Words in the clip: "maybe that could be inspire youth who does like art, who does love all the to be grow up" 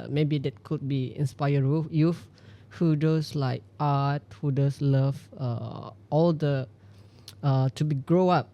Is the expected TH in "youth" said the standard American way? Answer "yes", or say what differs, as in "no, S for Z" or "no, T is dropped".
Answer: no, F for TH